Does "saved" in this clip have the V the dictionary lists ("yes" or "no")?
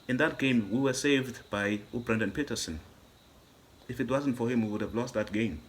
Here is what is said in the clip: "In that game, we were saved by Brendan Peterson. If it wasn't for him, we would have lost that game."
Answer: yes